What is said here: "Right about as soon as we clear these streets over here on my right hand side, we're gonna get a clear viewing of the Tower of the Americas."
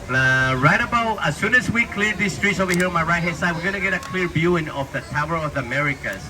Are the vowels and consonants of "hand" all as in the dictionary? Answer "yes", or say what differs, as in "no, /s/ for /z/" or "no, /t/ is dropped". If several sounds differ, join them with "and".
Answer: no, /n/ is dropped